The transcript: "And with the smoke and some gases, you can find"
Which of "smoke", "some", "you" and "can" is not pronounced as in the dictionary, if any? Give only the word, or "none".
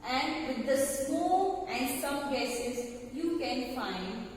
smoke